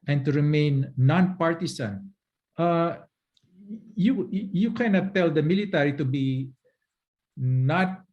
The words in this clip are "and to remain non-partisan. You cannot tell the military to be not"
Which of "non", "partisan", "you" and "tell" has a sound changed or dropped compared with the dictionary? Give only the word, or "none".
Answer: partisan